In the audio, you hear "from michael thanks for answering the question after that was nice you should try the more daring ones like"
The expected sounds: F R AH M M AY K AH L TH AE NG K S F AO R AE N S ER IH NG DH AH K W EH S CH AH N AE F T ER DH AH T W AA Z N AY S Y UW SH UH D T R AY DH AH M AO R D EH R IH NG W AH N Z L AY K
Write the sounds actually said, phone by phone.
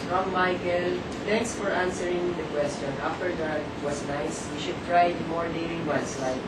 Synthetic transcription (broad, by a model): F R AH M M AY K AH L T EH NG K S F AO R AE N S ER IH NG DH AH K W EH S CH AH N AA F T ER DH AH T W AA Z N AY S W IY SH UH D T R AY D M AO R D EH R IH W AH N S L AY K